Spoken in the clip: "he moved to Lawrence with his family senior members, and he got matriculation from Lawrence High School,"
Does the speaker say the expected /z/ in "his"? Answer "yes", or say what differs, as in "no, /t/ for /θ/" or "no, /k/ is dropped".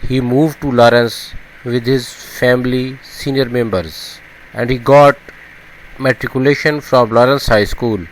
yes